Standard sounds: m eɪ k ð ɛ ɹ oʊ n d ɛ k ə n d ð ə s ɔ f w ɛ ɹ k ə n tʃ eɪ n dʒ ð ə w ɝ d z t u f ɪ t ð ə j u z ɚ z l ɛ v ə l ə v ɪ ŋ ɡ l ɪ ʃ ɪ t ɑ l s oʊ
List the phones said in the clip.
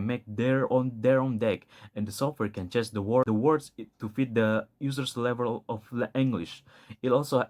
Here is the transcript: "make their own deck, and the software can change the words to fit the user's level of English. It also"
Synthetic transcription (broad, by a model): m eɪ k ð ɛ ɹ oʊ n d ɛ k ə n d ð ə s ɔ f w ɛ ɹ k ə n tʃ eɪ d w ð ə w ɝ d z t u f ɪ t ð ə j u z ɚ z l ɛ v ə l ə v ɪ ŋ ɡ l ɪ ʃ ɪ t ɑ l s oʊ